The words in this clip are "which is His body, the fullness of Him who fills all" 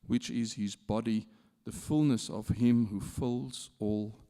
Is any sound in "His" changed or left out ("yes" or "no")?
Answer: no